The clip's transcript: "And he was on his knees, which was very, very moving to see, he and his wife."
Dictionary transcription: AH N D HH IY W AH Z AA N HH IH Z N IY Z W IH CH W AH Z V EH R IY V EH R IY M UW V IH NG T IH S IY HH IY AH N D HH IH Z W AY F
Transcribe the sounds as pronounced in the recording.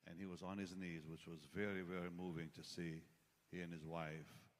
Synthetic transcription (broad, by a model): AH N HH IY W AH Z N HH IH Z N IY Z W IH CH W AH Z V EH R IY V EH R IY M UW V IH NG T IH S IY HH IY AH N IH Z W AY F